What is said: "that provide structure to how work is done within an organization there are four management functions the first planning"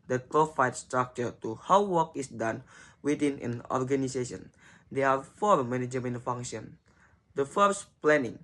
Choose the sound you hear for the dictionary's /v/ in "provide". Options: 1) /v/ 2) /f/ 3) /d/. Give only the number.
2